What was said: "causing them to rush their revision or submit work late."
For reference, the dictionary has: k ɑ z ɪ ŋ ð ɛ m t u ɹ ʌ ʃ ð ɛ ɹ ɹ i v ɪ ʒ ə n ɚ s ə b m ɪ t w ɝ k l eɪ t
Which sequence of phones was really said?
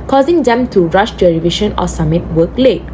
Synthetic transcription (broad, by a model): k ɑ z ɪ ŋ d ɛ m t u ɹ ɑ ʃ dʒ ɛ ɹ ɹ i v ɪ ʃ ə n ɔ s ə m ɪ t w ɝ k l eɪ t